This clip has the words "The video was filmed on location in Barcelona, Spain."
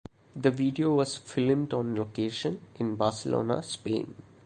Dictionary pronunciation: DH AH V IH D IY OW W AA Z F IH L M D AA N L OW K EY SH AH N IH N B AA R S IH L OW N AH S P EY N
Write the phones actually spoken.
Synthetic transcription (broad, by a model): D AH V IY D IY OW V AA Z F IH L M D AA N L OW K EY SH AH N IH N B AA R S IH L OW N AH S P EY N